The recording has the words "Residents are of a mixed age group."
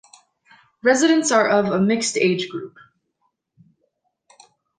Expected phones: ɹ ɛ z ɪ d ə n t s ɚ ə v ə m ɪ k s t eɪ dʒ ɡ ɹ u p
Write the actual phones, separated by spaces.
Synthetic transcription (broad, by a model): ɹ ɛ z ɪ d ə n t s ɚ ə v ə m ɪ k s t eɪ dʒ ɡ ɹ u p